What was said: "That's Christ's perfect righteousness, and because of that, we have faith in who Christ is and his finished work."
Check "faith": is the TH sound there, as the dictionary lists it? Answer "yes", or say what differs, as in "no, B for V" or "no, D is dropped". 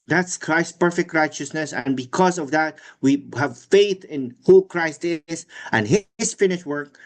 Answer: yes